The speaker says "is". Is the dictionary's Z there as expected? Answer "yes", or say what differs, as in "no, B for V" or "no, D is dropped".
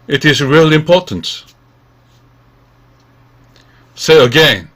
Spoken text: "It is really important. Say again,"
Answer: yes